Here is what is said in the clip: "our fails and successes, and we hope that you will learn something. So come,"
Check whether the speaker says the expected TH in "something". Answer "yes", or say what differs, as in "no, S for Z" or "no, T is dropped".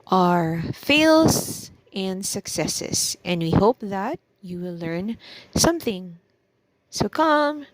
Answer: yes